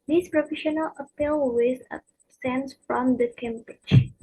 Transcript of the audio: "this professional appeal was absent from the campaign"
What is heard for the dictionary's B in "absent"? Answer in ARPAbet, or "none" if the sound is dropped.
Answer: none